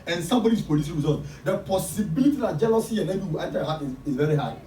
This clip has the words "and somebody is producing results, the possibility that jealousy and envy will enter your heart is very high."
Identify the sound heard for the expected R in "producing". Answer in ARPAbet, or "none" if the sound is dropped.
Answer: none